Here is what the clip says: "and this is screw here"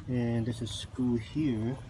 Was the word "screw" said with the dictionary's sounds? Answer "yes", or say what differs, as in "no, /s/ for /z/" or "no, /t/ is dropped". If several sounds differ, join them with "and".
no, /ɹ/ is dropped